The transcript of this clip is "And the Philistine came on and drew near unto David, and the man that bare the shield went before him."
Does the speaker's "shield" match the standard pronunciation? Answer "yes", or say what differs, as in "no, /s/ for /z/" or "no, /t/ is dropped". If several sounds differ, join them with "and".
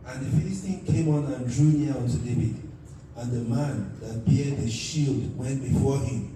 yes